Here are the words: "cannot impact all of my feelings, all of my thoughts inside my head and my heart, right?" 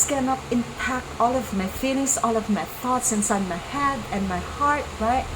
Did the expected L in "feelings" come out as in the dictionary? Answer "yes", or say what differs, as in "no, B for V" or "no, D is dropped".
no, N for L